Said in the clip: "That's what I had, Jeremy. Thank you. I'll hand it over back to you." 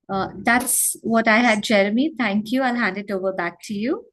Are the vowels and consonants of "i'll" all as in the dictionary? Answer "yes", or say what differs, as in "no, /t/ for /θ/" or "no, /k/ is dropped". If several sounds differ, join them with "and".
yes